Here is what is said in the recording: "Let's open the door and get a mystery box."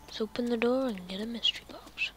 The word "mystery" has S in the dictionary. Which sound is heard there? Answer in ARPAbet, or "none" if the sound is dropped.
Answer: S